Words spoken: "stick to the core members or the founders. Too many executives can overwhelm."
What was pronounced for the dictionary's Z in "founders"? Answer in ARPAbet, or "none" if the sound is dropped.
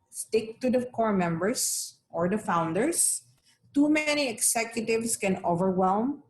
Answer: S